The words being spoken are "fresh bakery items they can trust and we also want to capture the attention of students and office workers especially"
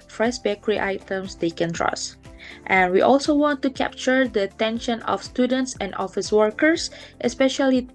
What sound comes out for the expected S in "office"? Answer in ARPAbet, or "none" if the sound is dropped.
S